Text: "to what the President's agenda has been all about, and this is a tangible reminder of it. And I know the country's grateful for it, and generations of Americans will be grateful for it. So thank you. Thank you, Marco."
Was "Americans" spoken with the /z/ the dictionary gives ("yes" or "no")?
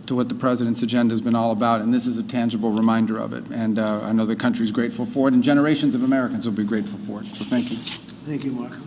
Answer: yes